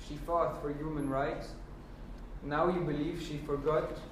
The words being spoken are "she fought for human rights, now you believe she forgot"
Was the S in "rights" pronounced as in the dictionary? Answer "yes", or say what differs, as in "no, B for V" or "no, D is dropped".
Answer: yes